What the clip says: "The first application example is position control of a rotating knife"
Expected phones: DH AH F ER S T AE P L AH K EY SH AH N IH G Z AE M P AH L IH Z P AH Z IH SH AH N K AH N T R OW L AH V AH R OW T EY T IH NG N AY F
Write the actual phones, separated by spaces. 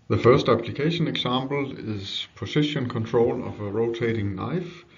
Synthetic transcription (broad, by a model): DH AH F ER S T AE P L AH K EY SH AH N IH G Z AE M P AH L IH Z P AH S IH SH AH N K AH N T R OW L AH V AH R OW T EY T IH NG N AY F